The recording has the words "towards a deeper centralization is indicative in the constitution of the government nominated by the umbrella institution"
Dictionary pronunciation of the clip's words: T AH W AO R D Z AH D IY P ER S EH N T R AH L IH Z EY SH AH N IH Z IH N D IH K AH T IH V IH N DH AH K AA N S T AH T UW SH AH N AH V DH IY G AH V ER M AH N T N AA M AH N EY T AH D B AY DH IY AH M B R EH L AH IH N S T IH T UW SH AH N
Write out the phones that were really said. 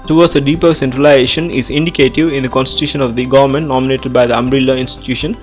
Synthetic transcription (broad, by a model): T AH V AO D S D AH D IY P ER S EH N T R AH L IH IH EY SH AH N IH Z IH N D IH K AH T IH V IH N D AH K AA N S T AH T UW SH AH N AH V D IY G AH V ER M AH N T N AA M AH N EY T AH D B AY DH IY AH M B R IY L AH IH N S T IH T UW SH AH N